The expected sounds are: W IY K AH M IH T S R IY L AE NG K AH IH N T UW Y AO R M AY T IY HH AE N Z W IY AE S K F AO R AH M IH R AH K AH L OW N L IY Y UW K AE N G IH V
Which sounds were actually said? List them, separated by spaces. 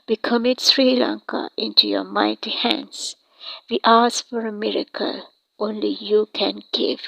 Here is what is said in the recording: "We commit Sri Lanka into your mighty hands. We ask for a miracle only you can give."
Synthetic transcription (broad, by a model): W IY K AH M IH T S R IY L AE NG K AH IH N T UW Y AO M AY T IY HH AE N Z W IY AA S F AO R AH M IH R AH K AH L OW N L IY Y UW K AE N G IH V